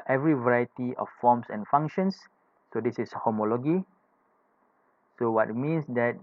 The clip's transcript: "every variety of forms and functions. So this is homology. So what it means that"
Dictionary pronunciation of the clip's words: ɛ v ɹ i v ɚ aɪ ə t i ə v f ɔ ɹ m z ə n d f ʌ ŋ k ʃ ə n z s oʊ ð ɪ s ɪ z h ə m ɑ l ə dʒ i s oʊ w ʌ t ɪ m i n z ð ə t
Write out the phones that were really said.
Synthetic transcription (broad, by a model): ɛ v ɹ i v ɚ aɪ ə t i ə f f ɔ m s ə n f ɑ ŋ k ʃ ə n s oʊ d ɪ s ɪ s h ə m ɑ l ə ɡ i s oʊ w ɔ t m i n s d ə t